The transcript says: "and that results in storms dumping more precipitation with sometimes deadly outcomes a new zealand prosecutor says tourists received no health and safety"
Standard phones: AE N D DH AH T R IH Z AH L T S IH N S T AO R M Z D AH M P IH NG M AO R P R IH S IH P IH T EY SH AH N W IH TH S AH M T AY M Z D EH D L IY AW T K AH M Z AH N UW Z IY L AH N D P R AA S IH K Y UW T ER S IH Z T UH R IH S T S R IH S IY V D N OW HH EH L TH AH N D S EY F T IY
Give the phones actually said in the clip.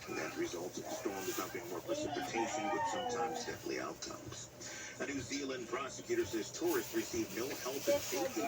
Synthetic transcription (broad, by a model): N DH AH T R IH Z AH L T S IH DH S T AO R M D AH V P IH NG M AO R P R IH S IH P IH T EY SH AH N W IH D S AH M T AY M Z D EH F L IY AW T K AH M Z AH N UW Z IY L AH N P R AA S IH K Y UW T ER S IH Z T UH R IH S T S R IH S IY V N OW HH EH L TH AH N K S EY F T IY